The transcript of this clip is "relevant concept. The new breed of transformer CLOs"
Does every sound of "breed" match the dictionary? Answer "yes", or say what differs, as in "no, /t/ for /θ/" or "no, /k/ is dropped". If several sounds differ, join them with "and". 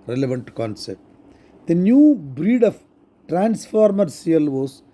yes